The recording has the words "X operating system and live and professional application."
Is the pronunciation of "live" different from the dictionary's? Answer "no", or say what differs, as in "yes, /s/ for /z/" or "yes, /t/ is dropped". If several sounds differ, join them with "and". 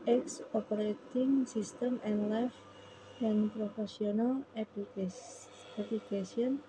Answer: yes, /f/ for /v/